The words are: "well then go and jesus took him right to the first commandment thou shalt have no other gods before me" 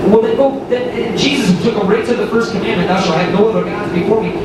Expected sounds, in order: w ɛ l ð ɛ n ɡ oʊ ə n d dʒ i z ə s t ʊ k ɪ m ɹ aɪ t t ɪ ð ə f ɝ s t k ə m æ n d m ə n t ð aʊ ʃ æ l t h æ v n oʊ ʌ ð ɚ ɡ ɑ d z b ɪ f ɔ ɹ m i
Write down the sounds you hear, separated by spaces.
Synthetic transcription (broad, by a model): w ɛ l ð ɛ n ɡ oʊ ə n dʒ i z ə s t ʊ k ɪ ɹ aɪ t t ɪ ð ə f ɝ s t k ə m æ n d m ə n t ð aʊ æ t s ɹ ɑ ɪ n oʊ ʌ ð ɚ ɡ ɑ d z b ɪ f ɔ ɹ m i